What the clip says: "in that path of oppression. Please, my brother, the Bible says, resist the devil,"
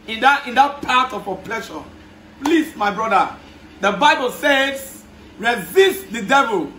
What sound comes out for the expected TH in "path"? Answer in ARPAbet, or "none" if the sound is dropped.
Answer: T